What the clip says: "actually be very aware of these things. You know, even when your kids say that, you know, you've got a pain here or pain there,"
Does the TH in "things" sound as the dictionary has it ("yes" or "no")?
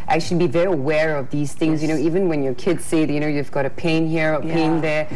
yes